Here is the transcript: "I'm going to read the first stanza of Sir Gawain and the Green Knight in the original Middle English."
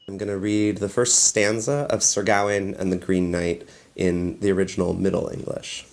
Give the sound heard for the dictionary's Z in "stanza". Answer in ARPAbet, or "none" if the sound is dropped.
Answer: Z